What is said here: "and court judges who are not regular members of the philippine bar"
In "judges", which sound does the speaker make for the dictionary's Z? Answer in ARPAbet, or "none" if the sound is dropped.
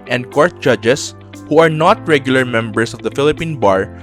S